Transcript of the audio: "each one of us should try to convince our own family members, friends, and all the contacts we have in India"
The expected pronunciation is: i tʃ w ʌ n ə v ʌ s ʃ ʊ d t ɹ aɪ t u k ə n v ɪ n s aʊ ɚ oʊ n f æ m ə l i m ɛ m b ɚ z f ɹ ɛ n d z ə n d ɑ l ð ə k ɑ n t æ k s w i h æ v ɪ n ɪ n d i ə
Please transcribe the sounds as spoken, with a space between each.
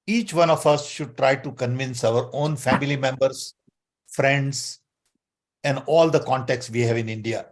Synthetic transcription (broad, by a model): i tʃ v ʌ n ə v ʌ s ʃ ʊ d t ɹ aɪ t u k ə n v ɪ n s aʊ ɚ oʊ n f æ m ə l i m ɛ m b ɚ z f ɹ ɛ n d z ə n d ɑ l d ə k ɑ n t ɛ k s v i h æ v ɪ n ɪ n d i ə